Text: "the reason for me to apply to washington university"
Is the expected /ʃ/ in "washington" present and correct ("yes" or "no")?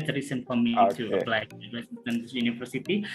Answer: no